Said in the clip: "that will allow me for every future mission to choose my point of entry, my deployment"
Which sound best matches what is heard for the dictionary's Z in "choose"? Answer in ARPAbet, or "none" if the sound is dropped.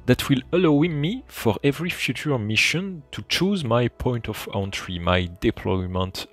Z